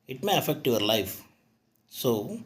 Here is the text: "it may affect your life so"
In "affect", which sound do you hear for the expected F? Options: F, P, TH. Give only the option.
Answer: F